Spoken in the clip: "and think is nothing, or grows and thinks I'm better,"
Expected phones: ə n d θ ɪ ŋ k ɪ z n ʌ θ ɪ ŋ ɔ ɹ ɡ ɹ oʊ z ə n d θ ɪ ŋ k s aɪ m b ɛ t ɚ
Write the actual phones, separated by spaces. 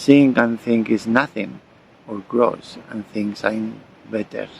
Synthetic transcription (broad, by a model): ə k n θ ɪ ŋ k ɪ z n ʌ θ ɪ ŋ ɔ ɹ ɡ ɹ oʊ s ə n θ ɪ ŋ k s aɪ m b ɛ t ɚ